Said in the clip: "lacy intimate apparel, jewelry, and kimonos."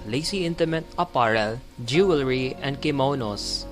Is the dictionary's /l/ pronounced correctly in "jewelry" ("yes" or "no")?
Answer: yes